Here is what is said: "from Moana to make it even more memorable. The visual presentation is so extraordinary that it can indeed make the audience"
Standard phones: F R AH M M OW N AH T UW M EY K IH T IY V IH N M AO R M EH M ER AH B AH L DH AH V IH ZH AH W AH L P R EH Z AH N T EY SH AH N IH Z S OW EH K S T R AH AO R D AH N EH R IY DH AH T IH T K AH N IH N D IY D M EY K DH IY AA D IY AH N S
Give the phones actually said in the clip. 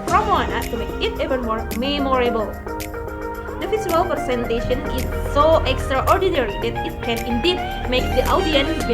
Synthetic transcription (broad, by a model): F R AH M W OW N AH T UW M EY K IH T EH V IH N M AO R M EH M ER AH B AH L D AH F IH S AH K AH L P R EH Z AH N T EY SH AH N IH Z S OW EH K S T R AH AO R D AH N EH R IY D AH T IH T K AH N IH N D IY D M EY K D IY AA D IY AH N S